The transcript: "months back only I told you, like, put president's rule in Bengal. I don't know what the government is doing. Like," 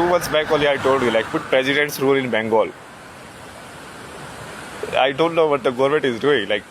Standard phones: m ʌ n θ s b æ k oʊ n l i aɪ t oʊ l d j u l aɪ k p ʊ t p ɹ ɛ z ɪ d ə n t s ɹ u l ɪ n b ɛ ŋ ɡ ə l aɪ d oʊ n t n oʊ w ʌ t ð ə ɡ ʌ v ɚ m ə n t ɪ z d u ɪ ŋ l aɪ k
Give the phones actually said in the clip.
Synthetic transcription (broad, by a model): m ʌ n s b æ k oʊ l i aɪ t oʊ l d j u l aɪ k p ʊ t p ɹ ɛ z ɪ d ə n t s ɹ u l ɪ n b ɛ ŋ ɡ ə l aɪ d oʊ n t n oʊ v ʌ t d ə ɡ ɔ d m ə t ɪ z d u ɪ ŋ l aɪ k